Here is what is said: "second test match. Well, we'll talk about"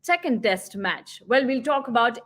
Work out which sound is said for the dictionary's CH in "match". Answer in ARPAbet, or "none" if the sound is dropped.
CH